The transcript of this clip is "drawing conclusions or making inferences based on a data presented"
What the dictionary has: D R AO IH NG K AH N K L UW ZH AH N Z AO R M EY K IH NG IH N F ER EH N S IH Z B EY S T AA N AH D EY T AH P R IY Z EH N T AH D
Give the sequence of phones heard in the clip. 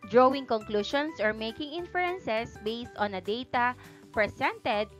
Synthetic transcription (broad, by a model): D R AO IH NG K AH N K L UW SH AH N S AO R M EY K IH NG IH N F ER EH N S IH S B EY S T AA N AH D EY T AH P R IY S EH N T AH D